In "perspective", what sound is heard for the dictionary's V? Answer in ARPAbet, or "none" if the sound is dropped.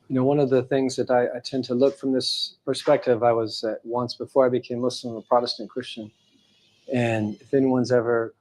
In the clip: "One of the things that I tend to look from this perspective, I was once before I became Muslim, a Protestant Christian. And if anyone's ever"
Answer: V